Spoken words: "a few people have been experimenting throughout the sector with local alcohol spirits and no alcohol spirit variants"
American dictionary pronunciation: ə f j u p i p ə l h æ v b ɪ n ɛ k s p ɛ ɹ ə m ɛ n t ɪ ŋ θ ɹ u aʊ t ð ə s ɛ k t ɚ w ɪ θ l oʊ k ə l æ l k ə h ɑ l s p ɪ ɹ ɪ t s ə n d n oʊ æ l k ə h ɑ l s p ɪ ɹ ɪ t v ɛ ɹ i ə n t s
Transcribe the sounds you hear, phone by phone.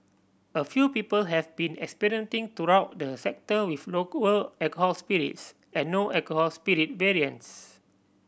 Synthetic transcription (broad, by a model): ə f j u p i p ə l h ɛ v b ɪ n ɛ k s p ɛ ɹ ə ʌ n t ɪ ŋ t ɹ u aʊ t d ə s ɛ k t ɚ w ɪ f l oʊ k ə l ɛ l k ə h ɑ l s p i ɹ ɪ t s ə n n oʊ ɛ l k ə h ɑ l s p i ɹ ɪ t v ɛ ɹ i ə n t s